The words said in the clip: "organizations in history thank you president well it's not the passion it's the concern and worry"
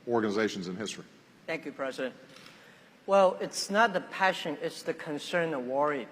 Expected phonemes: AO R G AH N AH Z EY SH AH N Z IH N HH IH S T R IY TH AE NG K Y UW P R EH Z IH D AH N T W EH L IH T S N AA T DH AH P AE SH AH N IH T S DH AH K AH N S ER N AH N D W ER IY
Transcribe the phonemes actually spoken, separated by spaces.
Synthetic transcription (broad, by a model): AO R G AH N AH Z EY SH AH N Z IH N HH IH S T R IY TH AE NG K Y UW P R EH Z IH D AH N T W EH L IH T S N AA T DH AH P AE SH AH N IH T S DH AH K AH N S ER N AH W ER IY